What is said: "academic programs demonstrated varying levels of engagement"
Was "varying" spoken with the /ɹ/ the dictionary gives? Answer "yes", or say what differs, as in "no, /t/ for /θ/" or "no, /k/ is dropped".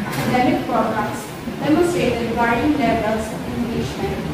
no, /ɹ/ is dropped